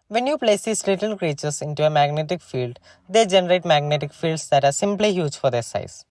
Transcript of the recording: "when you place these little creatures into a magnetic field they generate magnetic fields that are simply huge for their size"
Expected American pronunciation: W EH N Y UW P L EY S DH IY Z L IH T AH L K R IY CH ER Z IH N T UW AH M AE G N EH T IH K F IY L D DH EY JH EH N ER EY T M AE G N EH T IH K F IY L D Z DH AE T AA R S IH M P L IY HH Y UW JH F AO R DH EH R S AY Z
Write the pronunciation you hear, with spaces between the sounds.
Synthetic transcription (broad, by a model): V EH N Y UW P L EY S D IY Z L IH T AH L K R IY CH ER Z IH N T UW AH M AE G N EH T IH K F IY L D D EY JH EH N ER EY T M AE G N EH T IH K F IY L D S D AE T AA R S IH M P L IY HH Y UW JH F AO R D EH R S AY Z